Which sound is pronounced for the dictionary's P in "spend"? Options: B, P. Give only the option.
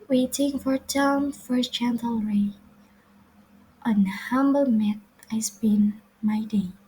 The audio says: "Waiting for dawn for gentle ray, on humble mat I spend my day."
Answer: B